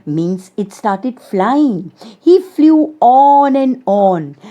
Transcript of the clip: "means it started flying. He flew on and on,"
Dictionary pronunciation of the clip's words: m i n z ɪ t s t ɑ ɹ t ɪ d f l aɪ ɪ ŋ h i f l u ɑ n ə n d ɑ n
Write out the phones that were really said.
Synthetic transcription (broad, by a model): m i n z ɪ t s t ɑ ɹ t ɪ d f l aɪ ɪ ŋ h i f l u ɑ n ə n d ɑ n